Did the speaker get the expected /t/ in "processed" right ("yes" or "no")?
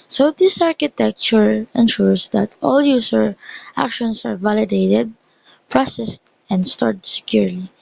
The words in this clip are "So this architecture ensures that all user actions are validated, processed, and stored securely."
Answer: yes